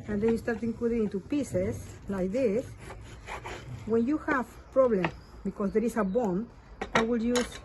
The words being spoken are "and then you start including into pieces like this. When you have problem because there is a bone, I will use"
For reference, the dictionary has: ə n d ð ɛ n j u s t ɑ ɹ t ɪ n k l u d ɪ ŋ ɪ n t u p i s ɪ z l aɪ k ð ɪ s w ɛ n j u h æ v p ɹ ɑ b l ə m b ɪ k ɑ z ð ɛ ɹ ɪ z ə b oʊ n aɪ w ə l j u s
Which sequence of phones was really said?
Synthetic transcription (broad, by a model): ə n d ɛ n j u s t ɑ ɹ t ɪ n k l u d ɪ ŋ ɪ n t u p i s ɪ s l aɪ k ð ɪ s w ɛ n j u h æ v p ɹ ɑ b l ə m b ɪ k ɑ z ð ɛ ɹ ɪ s ə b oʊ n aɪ w ə l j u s